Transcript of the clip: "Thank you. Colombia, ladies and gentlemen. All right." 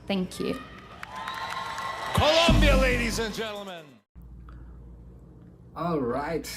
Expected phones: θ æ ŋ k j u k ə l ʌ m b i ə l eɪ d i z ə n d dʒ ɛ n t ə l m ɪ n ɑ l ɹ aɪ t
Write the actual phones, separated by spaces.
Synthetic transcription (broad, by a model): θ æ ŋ k j u k ə l ʌ m b i ə l eɪ d i z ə n dʒ ɛ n t l m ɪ n ɑ l ɹ aɪ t